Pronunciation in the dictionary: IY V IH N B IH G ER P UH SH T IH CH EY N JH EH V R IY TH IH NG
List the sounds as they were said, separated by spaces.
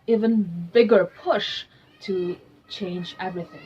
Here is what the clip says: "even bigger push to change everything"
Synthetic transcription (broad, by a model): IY V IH N B IH G ER P UH SH T IH CH EY N JH EH V R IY TH IH NG